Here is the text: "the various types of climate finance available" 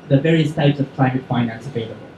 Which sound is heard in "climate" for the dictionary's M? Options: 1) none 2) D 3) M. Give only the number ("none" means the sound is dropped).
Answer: 3